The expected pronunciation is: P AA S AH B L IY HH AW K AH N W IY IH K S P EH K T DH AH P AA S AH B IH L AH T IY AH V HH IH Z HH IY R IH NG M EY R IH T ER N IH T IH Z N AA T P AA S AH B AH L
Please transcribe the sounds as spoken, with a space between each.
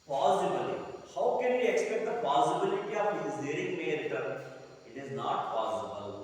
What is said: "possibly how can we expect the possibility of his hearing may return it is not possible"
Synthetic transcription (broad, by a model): P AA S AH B L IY HH AW K AH N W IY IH K S P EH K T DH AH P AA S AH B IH L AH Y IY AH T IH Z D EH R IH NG M EY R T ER IH T IH Z N AA T P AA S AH B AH L